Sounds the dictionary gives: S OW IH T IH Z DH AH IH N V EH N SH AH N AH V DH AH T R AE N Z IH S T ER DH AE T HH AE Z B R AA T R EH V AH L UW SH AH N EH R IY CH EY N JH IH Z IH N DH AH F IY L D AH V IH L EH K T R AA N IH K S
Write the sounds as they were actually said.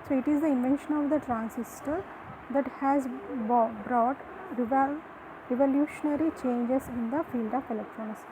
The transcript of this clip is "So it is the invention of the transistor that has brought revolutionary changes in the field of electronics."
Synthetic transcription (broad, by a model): S OW IH T IH Z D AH IH N V EH N SH AH N AH V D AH T R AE N S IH S T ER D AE T HH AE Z B R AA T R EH V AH L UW SH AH N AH R IY CH EY N JH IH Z IH N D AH F IY L D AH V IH L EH K T R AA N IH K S